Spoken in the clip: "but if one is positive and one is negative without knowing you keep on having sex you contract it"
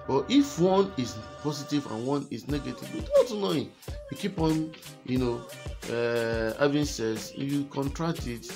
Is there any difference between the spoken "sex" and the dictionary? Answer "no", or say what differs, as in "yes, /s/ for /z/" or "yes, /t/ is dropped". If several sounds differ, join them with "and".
yes, /k/ is dropped